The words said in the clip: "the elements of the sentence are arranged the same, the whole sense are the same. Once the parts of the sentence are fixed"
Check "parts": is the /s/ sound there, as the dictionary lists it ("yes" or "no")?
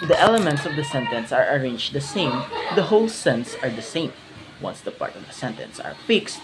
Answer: no